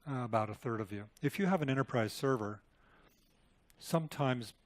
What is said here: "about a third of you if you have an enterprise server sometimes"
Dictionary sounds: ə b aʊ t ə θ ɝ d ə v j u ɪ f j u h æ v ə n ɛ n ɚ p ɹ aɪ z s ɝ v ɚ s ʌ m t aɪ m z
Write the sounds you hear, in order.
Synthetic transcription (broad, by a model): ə b aʊ t ə θ ɝ d ə v j u ɪ f j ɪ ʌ v ə n ɛ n ɚ p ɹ aɪ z s ɝ v ɚ s ʌ m t aɪ m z